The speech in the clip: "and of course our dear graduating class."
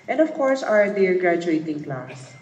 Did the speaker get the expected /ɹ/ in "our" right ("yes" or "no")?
yes